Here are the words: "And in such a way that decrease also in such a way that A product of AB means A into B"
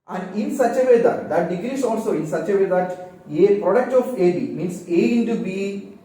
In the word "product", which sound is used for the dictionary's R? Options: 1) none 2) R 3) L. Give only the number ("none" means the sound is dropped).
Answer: 2